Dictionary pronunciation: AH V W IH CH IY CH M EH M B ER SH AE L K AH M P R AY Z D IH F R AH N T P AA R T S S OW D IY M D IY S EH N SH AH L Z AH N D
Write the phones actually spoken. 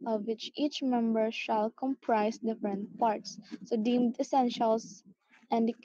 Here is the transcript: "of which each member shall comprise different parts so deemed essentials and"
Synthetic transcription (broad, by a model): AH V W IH CH IY CH M EH M B ER SH AE L K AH M P R AY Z D IH F R AH N T P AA R T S S OW D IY M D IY S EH N SH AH L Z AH N D